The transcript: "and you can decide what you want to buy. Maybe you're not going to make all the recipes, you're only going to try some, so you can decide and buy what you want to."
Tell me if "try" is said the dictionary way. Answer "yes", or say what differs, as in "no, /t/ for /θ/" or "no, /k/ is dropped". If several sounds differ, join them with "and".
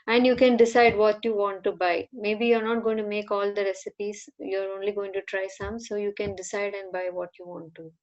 yes